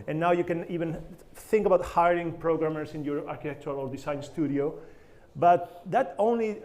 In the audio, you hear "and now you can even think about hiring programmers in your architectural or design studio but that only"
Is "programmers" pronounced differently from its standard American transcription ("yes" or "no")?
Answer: yes